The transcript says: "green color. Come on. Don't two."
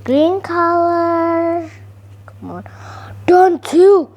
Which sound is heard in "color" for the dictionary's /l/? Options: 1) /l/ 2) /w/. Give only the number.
2